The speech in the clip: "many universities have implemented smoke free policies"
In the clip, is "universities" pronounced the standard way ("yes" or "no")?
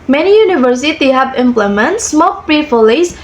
no